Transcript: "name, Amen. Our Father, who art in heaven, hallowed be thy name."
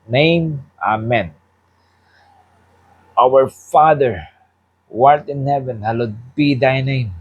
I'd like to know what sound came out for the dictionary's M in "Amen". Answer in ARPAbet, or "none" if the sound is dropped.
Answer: M